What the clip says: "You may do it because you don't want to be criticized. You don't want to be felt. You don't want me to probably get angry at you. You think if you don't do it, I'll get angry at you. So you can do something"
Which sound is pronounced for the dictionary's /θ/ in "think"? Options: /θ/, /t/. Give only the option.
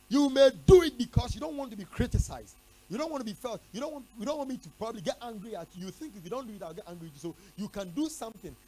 /θ/